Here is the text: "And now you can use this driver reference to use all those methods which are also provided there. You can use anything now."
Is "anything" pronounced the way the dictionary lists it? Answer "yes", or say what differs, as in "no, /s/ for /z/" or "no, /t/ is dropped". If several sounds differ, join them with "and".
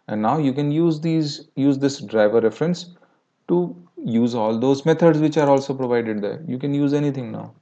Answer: no, /t/ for /θ/